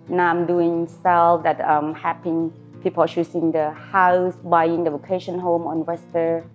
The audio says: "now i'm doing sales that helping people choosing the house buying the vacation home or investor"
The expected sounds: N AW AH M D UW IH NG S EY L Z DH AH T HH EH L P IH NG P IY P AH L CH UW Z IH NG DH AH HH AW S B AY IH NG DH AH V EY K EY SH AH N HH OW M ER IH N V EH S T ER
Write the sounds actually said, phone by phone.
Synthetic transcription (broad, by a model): N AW AH M D UW IH NG S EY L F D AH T HH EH P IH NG P IY P AH L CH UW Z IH NG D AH HH AW S B AY IH NG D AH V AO K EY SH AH N HH OW M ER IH N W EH S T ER